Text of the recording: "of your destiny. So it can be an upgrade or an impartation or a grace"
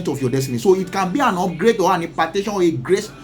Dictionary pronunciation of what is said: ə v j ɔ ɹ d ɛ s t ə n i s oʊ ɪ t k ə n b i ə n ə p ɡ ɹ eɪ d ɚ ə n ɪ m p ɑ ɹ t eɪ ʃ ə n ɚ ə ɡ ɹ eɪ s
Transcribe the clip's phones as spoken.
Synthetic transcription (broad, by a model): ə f j ɔ d ɛ s t ə n i s oʊ ɪ t k ə n b i ə n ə ɡ ɹ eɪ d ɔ ə n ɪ p ɑ t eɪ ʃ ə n ə ɡ ɹ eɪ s